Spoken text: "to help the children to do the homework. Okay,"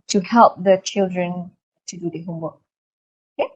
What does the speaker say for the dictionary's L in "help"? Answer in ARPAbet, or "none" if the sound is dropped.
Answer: L